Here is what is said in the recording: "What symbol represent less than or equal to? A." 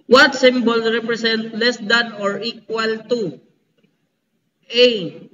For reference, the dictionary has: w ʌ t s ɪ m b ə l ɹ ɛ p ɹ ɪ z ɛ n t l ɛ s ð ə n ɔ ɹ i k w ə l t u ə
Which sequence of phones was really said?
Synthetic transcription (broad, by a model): w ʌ t s ɪ m b ə l ɹ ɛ p ɹ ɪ s ɛ n t l ɛ s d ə n ɔ ɹ i k w ə l t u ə